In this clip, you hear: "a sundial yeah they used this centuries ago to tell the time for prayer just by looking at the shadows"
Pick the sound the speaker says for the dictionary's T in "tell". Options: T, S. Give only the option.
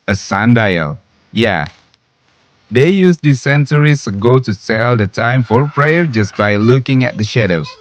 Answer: S